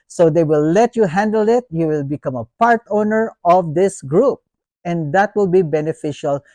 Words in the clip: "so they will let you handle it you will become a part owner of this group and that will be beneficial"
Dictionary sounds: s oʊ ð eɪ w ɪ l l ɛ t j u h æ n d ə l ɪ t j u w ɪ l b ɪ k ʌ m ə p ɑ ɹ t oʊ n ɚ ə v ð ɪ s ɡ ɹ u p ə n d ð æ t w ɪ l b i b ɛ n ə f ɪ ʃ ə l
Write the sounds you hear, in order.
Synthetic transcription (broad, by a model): s oʊ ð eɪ w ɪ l l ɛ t j u h æ n d ə l ɪ t j u w ɪ l b ɪ k ʌ m ə p ɑ ɹ t oʊ n ɚ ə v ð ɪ s ɡ ɹ u p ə n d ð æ t w ɪ l b i b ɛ n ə f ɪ ʃ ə l